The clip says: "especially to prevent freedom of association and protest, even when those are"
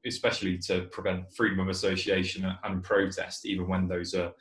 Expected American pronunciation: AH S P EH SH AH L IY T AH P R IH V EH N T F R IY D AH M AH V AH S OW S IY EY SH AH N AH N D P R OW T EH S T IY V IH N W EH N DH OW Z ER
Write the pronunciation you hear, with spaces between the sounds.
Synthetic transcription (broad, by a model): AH S P EH SH AH L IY T AH P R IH V EH N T F R IY D AH M AH V AH S OW S IY EY SH AH N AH N P R OW T EH S T IY V IH N W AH N DH OW Z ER